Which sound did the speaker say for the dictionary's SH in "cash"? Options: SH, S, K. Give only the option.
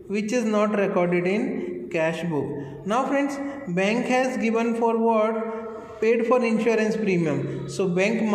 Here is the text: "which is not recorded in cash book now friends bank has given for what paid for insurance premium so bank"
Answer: SH